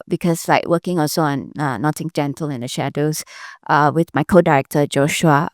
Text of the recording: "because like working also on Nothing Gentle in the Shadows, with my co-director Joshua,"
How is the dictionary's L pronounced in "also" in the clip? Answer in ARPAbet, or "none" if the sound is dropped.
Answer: none